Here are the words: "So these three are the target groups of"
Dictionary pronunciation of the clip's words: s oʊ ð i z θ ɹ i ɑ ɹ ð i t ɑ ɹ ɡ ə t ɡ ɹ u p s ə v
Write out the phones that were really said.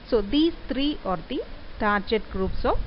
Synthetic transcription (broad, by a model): s oʊ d i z t ɹ i ɑ ɹ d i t ɑ ɹ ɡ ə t ɡ ɹ u p s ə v